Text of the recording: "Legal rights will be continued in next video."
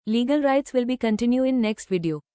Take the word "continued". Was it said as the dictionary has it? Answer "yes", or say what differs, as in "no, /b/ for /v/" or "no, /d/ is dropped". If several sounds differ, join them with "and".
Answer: no, /d/ is dropped